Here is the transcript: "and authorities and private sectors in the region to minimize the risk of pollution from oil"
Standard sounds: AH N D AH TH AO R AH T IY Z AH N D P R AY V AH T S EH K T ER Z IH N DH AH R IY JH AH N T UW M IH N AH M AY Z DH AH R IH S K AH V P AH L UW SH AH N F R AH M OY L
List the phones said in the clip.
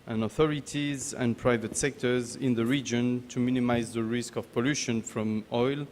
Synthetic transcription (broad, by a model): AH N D AH TH AO R AH T IY Z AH N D P R AY V AH T S EH K T ER Z IH N DH AH R IY JH AH N T UW M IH N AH M AY Z DH AH R IH S K AH V P AH L UW SH AH N F R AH M OY L